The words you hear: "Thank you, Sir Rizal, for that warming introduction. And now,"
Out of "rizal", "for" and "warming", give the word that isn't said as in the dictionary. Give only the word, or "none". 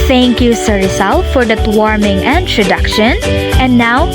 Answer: rizal